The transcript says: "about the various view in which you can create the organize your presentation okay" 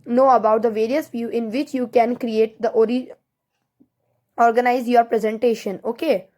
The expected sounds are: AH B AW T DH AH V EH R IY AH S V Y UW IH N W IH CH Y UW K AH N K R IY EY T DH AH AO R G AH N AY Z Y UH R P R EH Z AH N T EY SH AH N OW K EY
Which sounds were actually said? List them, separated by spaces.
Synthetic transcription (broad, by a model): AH B AW T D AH V EH R IY AH S V Y UW IH N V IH CH Y UW K AH N K R IY EY T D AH AO R G AH N AY Z Y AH R P R EH Z AH N T EY SH AH N OW K EY